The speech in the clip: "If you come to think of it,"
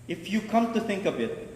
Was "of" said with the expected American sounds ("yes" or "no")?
no